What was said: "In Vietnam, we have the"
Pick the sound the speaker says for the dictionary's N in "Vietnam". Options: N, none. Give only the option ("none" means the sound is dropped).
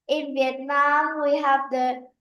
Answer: N